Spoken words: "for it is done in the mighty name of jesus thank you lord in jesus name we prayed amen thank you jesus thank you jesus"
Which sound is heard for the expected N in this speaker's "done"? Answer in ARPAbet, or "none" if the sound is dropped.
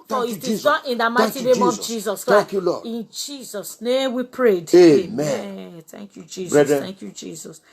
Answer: none